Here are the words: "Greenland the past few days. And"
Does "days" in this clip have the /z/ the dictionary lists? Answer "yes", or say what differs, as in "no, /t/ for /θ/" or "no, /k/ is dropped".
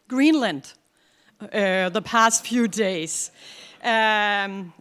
no, /z/ is dropped